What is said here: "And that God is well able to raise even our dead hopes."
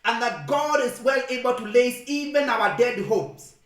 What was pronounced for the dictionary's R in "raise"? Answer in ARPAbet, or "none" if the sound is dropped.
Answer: L